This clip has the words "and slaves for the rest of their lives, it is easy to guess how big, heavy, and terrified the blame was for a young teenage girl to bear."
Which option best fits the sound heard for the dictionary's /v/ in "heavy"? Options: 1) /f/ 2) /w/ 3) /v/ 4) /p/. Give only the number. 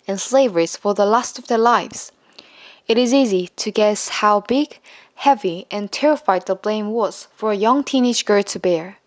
3